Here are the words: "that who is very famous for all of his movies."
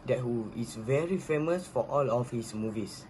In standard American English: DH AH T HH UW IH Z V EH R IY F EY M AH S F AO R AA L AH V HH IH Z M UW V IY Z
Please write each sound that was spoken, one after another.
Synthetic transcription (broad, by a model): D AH T HH UW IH S V EH R IY F EY M AH S F AO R AA L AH F HH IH S M UW V IY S